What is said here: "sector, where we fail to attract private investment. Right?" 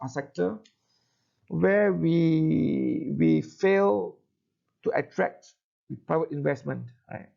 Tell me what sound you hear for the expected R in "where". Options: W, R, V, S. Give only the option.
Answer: W